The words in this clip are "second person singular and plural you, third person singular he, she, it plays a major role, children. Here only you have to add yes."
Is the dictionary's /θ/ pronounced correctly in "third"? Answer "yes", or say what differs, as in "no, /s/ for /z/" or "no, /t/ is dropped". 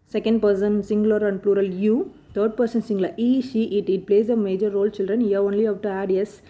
no, /t/ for /θ/